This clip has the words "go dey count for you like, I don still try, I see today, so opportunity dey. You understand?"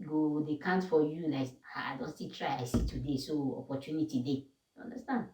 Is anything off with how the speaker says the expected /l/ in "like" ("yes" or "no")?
yes